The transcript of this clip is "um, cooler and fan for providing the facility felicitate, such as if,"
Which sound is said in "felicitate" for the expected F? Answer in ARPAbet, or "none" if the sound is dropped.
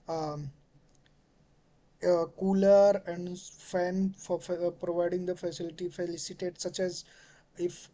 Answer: F